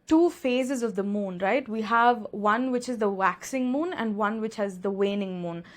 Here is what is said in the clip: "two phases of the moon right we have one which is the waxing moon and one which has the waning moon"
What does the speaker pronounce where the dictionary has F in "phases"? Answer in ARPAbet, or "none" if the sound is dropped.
F